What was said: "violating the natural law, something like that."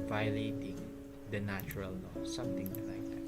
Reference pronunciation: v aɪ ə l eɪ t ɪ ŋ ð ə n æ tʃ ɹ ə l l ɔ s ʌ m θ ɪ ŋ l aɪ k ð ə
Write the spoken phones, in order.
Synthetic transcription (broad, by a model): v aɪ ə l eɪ t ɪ ŋ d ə n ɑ tʃ ɹ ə l n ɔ s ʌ m t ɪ ŋ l aɪ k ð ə